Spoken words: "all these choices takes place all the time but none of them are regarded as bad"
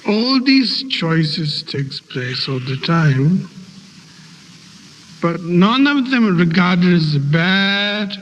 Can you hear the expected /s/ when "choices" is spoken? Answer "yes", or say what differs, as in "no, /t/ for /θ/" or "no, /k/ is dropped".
yes